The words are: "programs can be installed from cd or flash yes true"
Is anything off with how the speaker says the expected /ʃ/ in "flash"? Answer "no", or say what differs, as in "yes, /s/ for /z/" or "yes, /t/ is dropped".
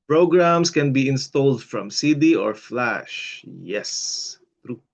no